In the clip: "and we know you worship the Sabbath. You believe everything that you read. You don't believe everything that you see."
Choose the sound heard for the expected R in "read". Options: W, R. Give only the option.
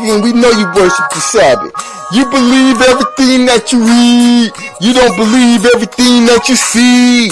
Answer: W